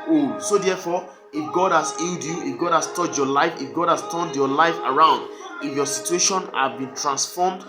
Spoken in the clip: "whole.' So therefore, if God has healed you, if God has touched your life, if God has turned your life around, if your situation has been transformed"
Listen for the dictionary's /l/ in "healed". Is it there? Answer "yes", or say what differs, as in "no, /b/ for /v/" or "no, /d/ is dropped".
yes